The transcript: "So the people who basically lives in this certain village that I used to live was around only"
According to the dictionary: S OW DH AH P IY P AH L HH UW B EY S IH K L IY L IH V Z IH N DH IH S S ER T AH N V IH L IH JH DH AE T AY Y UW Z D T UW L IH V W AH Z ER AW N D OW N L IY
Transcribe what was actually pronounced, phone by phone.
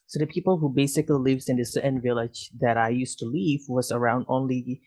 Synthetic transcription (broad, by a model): S OW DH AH P IY P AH L HH UW B EY S IH K L IY L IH V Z IH N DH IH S S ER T N V IH L IH JH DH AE T AY Y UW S T UW L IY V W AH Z ER AW N D OW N L IY